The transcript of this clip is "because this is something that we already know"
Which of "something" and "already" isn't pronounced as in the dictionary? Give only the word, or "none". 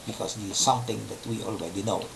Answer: something